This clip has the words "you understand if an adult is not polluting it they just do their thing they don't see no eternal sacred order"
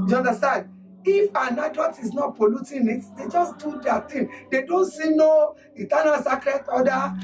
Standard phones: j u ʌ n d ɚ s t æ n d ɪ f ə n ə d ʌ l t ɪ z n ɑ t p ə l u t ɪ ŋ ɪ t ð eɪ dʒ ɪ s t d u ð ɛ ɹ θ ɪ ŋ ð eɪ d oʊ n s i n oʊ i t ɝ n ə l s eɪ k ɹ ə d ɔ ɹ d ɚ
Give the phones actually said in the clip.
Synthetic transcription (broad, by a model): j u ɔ n d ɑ s t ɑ n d ɪ f ə n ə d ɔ t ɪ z n ɑ t p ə l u t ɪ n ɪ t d eɪ dʒ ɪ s d u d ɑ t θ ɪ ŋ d eɪ d oʊ n s i n oʊ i t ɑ n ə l s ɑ k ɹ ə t ɔ d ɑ